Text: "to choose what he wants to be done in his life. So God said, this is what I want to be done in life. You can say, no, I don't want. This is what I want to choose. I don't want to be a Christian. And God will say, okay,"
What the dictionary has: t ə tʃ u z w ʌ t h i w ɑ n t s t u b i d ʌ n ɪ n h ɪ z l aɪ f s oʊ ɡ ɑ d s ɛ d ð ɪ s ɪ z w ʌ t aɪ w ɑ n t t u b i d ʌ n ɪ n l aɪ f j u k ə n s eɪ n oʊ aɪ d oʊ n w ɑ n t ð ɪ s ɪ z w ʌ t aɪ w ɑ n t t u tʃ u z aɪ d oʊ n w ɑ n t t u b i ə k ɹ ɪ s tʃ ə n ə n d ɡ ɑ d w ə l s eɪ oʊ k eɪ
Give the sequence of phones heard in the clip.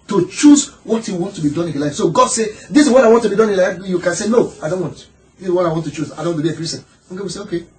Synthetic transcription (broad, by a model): t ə tʃ u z w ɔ t h i w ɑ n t t u b i d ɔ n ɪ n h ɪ l aɪ f s oʊ ɡ ɑ d s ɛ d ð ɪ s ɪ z w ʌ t aɪ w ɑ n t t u b i d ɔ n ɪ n l aɪ f j u k ə n s eɪ n oʊ aɪ d oʊ n w ɑ n t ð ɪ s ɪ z w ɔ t aɪ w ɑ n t t u tʃ u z aɪ d oʊ n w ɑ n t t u b i ə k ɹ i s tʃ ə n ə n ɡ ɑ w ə s eɪ oʊ k eɪ